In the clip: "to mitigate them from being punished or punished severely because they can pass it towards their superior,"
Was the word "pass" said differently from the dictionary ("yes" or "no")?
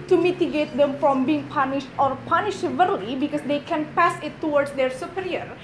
no